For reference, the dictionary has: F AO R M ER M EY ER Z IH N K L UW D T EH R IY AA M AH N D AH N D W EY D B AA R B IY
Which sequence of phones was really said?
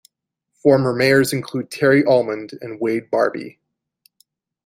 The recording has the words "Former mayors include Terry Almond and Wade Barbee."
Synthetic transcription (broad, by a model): F AO R M ER M EY ER Z IH N K L UW D T EH R IY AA M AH N D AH N W EY D B AA R B IY